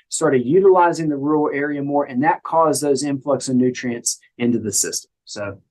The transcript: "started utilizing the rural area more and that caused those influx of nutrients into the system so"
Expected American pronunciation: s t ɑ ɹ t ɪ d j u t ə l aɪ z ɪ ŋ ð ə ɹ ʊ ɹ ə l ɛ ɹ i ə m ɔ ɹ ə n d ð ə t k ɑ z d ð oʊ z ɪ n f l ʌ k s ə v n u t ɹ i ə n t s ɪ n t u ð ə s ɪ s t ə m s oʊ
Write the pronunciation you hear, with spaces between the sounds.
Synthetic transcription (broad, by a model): s t ɑ ɹ t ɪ d j u t ə l aɪ z ɪ ŋ ð ə ɹ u ɹ l ɛ ɹ i ə m ɔ ɹ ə n ð ə t k ɑ z ð oʊ z ɪ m f l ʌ k s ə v n u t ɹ i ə n t s ɪ n t u ð ə s ɪ s t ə m s oʊ